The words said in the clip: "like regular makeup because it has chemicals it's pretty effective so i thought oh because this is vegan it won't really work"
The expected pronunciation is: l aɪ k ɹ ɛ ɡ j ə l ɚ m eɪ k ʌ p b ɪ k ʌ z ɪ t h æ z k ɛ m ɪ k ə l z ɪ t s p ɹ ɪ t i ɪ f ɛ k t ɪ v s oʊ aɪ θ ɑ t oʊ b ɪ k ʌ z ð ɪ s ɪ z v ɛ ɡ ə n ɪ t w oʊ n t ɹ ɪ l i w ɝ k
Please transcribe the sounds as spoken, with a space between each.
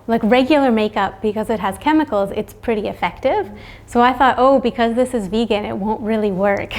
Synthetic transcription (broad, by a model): l aɪ k ɹ ɛ ɡ j l ɚ m eɪ k ʌ p b ɪ k ʌ z ɪ t h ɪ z k ɛ m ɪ k l z ɪ t s p ɹ ɪ t i ɪ f ɛ k t ɪ v s oʊ aɪ θ ɑ t oʊ b ɪ k ʌ z ð ɪ s ɪ z v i ɡ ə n ɪ t w oʊ n t ɹ ɪ l i w ɝ k